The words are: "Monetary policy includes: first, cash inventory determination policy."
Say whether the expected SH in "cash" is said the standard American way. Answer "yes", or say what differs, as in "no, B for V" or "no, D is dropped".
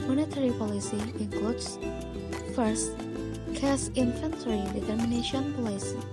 no, S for SH